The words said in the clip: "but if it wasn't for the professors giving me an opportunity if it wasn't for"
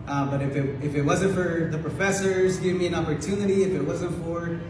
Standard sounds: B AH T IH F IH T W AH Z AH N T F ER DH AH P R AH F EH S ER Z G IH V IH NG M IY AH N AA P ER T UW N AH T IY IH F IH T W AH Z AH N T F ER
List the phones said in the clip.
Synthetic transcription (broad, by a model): B AH T IH F IH T W AH Z AH N T F ER DH AH P R AH F EH S ER Z G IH V M IY AH N AA P ER T UW N AH T IY IH F IH T W AH Z AH N T F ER